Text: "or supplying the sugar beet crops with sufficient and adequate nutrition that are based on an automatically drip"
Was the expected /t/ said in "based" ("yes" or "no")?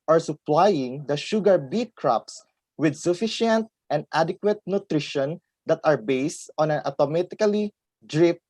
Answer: yes